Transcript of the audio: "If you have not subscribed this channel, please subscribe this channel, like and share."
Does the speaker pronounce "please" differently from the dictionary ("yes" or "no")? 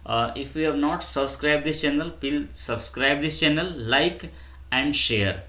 yes